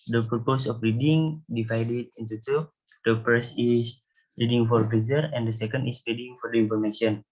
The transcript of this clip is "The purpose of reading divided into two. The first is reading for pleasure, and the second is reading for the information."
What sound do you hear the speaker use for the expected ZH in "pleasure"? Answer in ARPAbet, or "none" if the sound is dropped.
Z